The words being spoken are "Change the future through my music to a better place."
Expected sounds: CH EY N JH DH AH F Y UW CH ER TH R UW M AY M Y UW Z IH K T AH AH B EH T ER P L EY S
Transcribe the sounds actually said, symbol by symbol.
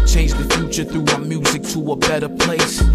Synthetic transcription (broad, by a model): CH EY N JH DH AH F Y UW CH ER TH R UW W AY M Y UW Z IH K T AH AH B EH T ER P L EY S